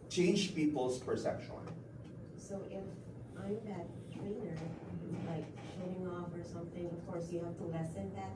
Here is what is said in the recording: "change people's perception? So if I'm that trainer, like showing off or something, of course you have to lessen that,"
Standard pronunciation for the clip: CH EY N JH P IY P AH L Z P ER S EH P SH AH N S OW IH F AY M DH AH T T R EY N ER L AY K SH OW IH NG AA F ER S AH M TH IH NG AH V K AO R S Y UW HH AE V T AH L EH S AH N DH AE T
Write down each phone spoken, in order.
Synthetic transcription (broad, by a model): CH EY N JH P IY P L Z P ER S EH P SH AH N S OW IH F AY M DH AH T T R EY N ER L AY K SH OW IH NG AA F ER S AH M TH IH NG AH V K AO R S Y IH HH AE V T AH L EH S AH N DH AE T